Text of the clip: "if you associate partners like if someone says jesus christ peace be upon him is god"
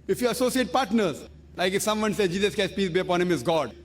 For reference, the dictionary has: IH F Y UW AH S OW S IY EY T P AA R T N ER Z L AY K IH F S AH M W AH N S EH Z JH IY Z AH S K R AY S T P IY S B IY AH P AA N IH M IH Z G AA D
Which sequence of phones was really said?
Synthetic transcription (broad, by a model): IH F Y UW AH S OW S IY EY T P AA R T N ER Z L AY K IH F S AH M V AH N S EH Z JH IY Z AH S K AY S P IY S B IY AH P AA N IH M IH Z G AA D